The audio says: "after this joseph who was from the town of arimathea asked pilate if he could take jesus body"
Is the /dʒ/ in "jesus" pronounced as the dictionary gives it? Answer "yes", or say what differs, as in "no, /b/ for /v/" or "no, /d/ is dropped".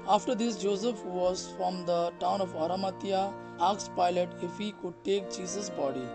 no, /tʃ/ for /dʒ/